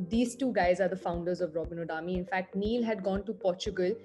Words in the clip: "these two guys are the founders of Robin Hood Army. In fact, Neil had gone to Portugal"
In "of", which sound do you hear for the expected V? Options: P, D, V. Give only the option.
V